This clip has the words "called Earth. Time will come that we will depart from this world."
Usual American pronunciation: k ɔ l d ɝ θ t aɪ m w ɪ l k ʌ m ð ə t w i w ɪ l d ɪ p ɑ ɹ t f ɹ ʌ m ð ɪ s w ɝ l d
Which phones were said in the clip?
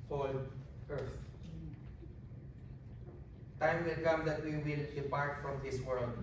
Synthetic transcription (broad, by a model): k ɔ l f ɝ s t aɪ m w ɪ l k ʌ m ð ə t w i w ɪ l d ɪ p ɑ ɹ t f ɹ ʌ m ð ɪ s w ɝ l d